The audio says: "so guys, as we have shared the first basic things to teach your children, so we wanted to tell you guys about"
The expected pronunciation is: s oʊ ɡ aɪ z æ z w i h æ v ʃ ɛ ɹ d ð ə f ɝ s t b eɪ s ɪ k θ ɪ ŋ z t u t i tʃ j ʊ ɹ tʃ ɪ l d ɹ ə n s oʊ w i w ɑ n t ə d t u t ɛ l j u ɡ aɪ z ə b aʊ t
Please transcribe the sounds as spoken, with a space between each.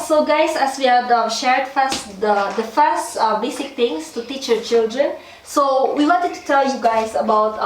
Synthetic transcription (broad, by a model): s oʊ ɡ aɪ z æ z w i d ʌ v ʃ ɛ ɹ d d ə f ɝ s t b eɪ s ɪ k t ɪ ŋ s t u t i tʃ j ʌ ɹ tʃ ɪ l d ɹ ə n s oʊ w i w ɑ n t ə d t u t ɛ l j u ɡ aɪ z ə b aʊ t